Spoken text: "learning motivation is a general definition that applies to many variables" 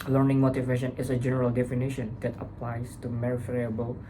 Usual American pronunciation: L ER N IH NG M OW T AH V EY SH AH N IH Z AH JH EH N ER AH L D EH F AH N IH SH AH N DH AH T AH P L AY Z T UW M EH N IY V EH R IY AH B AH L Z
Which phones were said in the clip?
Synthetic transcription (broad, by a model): L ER N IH NG M OW T AH V EY SH AH N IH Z AH JH EH N ER AH L D EH F AH N IH SH AH N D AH T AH P L AY S T UW M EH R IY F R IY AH B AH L